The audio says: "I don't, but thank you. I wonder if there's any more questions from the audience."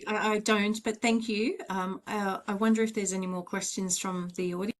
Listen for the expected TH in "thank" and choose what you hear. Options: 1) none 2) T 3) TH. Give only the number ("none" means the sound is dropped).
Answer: 3